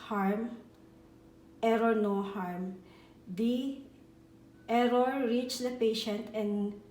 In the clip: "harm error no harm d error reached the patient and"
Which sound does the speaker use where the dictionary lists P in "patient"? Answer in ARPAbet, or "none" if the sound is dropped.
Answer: P